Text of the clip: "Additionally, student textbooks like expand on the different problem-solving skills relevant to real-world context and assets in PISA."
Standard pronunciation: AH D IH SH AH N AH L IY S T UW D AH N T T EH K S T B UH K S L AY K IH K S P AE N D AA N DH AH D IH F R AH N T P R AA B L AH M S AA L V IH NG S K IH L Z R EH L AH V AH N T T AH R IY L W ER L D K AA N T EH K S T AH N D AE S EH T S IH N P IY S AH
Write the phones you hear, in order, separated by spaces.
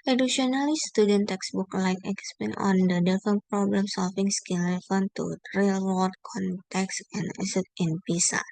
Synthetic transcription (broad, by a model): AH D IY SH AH N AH L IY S T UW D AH N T T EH K S B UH K L AY K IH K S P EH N AA N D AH D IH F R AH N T P R AA B L AH M S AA L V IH NG S K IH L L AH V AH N T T R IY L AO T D K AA N T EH K S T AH N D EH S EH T IH N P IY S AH